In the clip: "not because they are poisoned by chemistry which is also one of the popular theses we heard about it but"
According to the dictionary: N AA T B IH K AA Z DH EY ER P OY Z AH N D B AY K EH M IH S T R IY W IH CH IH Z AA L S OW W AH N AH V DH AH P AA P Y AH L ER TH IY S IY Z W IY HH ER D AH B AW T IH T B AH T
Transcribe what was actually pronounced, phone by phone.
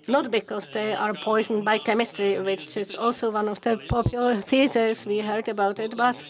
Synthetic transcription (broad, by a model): N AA T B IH K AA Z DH EY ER P OY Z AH N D B AY K EH M IH S T R IY W IH CH IH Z AA L S OW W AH N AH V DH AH P AA P Y AH L ER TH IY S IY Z W IY HH ER D AH B AW T IH T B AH T